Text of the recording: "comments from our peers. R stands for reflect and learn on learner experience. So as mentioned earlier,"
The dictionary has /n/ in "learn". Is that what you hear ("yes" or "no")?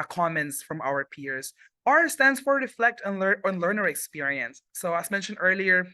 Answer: no